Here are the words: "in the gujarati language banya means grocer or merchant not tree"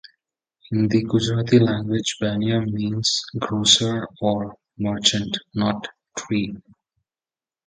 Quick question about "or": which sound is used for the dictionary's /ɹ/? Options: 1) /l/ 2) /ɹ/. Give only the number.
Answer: 2